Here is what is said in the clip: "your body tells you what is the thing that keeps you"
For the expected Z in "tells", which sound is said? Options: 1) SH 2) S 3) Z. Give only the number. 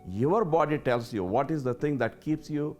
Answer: 2